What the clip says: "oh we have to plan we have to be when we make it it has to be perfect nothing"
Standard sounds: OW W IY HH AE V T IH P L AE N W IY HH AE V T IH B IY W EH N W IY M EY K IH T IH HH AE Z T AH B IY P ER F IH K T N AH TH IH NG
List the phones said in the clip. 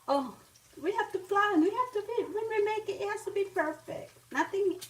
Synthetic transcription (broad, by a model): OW W IY HH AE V T IH F L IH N W IY HH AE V T IH B IY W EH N W IY M EY K IH T IH HH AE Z T AH B IY P ER F IH K T N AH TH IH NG